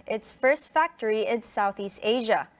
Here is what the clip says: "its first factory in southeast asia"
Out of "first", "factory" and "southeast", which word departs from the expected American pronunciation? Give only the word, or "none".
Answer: none